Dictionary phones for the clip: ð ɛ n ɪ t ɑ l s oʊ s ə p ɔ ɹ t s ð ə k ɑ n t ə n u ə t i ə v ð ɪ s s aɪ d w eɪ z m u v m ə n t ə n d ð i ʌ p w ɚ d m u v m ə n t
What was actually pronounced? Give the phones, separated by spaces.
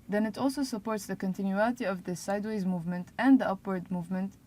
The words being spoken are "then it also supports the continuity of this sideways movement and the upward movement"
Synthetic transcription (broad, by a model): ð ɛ n ɪ t ɑ l s oʊ s ə p ɔ ɹ t s ð ə k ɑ n t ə n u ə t i ə v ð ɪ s s aɪ d w eɪ z m u v m ə n t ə n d ð i ʌ p w ɚ d m u v m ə n t